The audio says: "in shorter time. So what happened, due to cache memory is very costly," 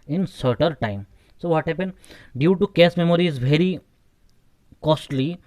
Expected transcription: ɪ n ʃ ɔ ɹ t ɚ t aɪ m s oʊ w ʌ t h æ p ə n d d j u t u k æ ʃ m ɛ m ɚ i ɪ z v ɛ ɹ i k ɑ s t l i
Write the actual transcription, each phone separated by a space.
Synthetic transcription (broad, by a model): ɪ n s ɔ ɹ t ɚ t aɪ m s oʊ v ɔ t h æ p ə n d d j u t u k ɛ s m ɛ m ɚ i ɪ z v ɛ ɹ i k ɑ s t l i